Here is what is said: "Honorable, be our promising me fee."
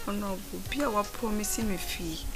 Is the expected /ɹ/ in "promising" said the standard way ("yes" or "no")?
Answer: no